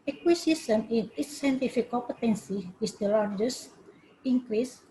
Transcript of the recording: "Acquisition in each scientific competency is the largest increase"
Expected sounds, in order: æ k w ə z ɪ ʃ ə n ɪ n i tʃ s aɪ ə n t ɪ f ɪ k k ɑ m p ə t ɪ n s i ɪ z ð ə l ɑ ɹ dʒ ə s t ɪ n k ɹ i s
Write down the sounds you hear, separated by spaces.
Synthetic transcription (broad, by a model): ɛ k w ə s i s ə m ɪ n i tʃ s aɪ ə n t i f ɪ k k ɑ p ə t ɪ n s i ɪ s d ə l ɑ ɹ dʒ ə s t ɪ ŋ k ɹ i s